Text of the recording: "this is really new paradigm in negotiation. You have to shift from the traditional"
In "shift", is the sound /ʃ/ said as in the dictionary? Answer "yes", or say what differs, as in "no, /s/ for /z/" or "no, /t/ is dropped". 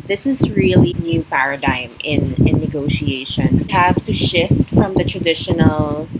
yes